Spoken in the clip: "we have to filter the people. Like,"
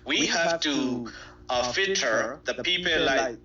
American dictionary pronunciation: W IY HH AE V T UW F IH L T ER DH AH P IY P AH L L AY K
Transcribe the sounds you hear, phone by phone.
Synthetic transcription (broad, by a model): W IY HH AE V T UW F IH T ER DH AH P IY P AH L L AY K